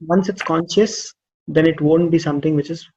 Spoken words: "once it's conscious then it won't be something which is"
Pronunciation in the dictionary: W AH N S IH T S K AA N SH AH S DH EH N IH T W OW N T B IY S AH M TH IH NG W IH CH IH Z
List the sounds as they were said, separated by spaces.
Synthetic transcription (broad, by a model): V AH N S IH T S K AA N SH AH S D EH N IH T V OW N T B IY S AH M T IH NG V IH CH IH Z